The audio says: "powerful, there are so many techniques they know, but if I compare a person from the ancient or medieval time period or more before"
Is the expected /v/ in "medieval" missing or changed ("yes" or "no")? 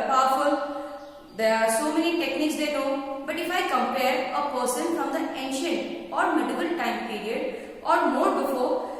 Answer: yes